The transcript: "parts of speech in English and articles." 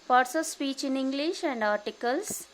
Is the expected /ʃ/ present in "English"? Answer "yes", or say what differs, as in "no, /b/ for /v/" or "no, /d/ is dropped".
yes